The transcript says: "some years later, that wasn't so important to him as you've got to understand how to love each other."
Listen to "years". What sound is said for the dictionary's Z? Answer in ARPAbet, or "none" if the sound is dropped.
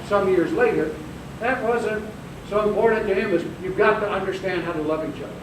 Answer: Z